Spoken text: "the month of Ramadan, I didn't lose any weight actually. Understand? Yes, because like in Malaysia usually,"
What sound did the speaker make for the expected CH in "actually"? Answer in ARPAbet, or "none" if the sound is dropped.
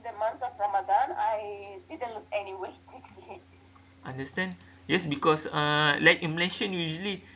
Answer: S